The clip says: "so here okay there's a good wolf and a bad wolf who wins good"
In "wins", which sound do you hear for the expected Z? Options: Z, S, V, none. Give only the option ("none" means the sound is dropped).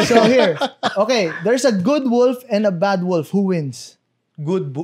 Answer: S